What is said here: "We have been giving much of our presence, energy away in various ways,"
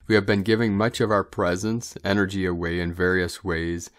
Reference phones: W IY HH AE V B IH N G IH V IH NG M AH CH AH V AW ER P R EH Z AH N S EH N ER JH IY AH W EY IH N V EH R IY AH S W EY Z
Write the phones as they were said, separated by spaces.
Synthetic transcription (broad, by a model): W IY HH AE V B IH N G IH V IH NG M AH CH AH V AW ER P R EH Z AH N S EH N ER JH IY AH W EY IH N V EH R IY AH S W EY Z